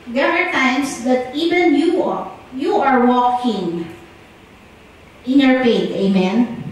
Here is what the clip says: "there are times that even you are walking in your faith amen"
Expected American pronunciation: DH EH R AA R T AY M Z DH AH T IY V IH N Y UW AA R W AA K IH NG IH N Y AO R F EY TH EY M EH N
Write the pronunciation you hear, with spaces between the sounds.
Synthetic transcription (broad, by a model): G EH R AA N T AY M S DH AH T IY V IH N Y UW AA R W AA K IH NG IH N Y AO R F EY T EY M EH N